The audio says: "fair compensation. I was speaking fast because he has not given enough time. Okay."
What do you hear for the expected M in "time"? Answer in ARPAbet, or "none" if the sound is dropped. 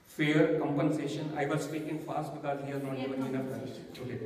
none